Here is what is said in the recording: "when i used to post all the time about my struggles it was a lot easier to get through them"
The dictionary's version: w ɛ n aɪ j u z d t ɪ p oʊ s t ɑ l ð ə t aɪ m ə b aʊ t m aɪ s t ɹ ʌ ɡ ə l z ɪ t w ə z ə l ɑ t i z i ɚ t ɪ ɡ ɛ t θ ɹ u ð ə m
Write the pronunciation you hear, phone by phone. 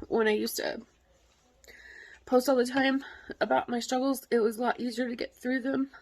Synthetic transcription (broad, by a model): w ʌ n aɪ j u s t ɪ p oʊ s t ɑ l ð ə t aɪ m ə b aʊ t m aɪ s t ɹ ʌ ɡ l z ɪ t w ə z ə l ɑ t i z i ɚ t ɪ ɡ ɛ t θ ɹ u ð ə m